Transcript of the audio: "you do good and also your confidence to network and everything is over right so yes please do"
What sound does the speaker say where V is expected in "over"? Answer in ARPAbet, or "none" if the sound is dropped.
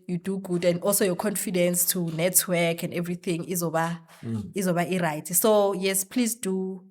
B